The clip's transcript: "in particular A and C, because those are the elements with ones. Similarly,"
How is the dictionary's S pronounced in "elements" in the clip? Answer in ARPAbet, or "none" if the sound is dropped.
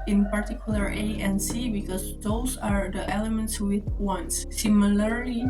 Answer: S